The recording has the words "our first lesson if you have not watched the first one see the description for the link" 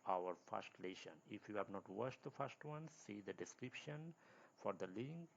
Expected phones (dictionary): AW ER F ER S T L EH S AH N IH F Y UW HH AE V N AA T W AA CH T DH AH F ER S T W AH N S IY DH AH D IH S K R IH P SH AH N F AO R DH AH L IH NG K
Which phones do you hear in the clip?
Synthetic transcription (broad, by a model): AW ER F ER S T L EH SH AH N IH F Y UW HH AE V N AA T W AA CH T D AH F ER S T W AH N S IY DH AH D IH S K R IH P SH AH N F AO R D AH L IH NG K